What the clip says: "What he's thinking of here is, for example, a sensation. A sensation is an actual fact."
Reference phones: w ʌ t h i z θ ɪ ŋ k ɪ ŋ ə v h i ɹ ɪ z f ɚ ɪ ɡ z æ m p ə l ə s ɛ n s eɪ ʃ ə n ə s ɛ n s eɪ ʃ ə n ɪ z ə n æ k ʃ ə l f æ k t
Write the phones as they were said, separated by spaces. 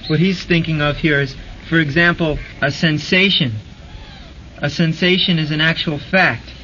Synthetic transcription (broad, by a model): w ʌ t h i z θ ɪ ŋ k ɪ ŋ ə v h i ɹ ɪ z f ɚ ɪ ɡ z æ m p l ə s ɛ n s eɪ ʃ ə n ə s ɛ n s eɪ ʃ ə n ɪ z ə n æ k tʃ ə l f æ k t